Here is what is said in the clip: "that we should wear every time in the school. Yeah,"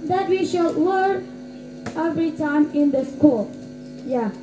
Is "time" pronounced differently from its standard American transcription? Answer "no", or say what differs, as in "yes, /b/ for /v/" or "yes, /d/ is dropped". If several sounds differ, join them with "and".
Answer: no